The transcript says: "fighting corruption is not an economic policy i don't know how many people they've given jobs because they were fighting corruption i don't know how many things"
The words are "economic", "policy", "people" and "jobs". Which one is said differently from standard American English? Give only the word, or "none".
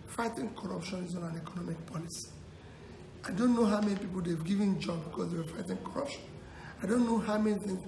jobs